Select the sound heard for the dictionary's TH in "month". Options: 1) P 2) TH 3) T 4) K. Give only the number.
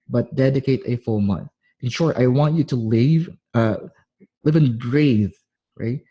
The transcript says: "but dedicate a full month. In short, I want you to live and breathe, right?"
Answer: 2